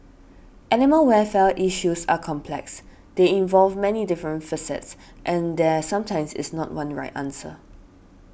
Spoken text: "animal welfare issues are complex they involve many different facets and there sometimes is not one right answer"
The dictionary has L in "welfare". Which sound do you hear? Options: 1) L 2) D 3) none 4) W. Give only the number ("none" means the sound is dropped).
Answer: 3